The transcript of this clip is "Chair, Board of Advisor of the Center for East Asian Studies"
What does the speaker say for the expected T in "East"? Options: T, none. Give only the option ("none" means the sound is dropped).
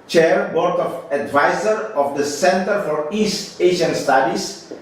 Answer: T